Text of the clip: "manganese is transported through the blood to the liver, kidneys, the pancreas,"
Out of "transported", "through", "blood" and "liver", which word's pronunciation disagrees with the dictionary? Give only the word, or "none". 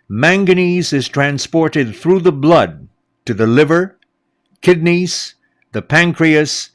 none